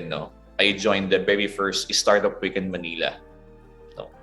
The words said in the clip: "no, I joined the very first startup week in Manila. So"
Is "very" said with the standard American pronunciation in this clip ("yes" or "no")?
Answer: no